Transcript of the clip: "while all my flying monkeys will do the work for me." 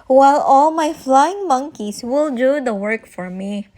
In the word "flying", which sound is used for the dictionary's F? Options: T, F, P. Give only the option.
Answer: F